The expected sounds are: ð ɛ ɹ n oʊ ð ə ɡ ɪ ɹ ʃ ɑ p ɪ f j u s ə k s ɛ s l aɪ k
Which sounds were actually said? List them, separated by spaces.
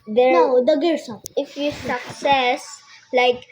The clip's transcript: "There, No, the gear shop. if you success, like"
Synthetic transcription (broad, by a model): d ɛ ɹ n oʊ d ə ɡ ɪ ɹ s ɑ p ɪ f j u s ə k s ɛ s l aɪ k